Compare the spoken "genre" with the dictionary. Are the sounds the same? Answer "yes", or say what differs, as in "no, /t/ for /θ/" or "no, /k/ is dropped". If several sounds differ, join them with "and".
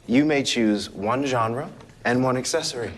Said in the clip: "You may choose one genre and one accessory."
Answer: yes